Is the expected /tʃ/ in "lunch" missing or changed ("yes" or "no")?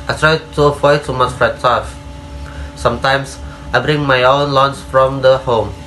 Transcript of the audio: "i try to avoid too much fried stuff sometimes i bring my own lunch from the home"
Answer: yes